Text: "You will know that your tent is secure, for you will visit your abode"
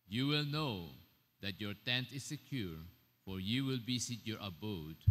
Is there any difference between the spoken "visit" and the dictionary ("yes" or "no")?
yes